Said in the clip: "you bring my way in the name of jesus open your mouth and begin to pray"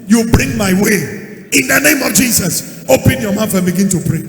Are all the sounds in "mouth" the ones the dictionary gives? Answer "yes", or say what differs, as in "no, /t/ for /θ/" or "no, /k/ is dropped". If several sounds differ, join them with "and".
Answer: no, /f/ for /θ/